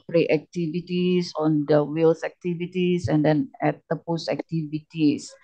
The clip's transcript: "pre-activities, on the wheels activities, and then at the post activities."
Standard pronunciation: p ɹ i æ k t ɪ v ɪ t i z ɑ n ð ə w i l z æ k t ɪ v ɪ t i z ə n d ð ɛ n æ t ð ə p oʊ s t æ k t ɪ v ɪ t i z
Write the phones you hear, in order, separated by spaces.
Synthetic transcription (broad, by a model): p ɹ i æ k t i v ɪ t i s ɑ n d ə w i l s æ k t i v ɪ t i s ə n d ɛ n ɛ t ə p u s æ k t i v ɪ t i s